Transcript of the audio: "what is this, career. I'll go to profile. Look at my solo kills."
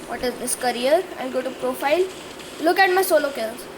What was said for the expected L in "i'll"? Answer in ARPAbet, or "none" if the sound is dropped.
N